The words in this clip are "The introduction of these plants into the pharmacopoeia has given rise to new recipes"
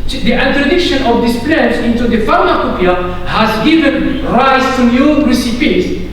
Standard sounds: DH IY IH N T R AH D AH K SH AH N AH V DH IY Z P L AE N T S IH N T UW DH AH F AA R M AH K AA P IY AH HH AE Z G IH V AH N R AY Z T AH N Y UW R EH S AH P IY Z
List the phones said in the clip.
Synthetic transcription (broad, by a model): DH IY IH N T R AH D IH K SH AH N AH V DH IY S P L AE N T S IH N T UW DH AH F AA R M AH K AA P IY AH HH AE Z G IH V AH N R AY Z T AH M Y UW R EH S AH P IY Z